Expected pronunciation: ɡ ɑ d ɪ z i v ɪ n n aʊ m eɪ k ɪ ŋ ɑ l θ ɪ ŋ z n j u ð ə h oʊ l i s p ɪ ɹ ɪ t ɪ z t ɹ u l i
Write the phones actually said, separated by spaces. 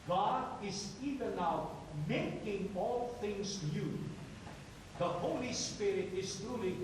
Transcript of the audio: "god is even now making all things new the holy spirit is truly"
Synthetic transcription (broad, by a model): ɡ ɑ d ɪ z i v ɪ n n aʊ m eɪ k ɪ ŋ ɑ l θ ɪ ŋ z n j u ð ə h oʊ l i s p ɪ ɹ ɪ t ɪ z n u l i